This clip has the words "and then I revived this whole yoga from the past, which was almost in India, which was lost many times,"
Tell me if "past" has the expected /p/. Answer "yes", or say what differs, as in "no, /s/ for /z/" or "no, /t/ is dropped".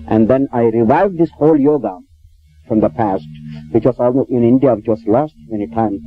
yes